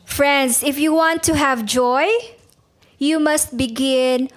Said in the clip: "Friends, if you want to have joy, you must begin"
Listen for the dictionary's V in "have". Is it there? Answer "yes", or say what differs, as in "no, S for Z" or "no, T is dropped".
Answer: yes